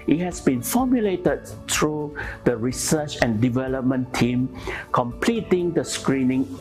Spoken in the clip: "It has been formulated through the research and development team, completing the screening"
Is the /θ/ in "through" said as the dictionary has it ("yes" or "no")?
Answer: no